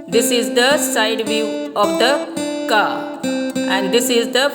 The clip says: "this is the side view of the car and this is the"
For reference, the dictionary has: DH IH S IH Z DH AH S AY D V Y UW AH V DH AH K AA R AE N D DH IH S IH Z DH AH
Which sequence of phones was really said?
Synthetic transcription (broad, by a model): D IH S IH Z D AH S AY D V Y UW AH V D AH K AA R AE N D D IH S IH Z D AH